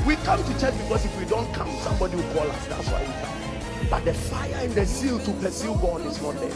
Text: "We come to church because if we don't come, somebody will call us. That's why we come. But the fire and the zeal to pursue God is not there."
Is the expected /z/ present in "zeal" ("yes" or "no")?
no